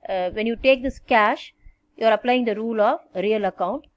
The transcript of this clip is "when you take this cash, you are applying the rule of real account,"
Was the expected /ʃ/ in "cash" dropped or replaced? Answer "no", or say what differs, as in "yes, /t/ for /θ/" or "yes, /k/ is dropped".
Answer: no